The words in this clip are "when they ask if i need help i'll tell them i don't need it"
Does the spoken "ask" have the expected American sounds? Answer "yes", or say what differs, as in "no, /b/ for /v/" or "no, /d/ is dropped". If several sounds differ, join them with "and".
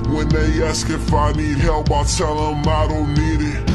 yes